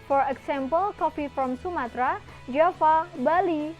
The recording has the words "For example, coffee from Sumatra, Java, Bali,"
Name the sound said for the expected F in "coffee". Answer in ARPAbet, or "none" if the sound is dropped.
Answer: P